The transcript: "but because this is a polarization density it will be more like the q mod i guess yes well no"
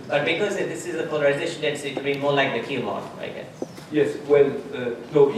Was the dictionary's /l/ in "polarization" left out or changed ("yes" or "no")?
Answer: no